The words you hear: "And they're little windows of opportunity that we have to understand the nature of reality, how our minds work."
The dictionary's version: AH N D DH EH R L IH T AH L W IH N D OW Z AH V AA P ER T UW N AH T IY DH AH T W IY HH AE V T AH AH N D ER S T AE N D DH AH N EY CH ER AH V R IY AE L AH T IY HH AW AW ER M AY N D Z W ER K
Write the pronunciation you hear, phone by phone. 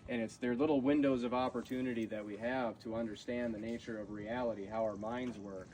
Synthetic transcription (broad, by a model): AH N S DH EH R L IH T L W IH N D OW Z AH V AA P ER T UW N AH T IY DH AH T W IY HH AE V T AH AH N D ER S T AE N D DH AH N EY CH ER AH V R IY AE L AH T IY HH AW AW ER M AY N D Z W ER K